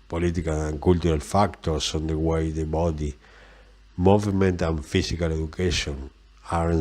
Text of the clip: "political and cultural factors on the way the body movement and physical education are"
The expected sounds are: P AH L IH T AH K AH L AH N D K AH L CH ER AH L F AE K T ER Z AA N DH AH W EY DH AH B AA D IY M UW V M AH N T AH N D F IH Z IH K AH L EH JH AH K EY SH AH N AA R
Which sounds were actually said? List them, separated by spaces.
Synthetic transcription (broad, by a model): P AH L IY T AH K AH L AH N K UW L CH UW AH L F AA K T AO S AA N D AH W EY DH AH B AA D IY M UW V M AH N T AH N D F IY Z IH K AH L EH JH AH K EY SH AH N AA R